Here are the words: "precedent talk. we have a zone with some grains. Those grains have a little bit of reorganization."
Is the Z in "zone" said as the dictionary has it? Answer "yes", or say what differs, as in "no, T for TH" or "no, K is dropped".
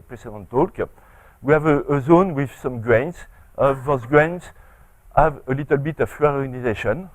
yes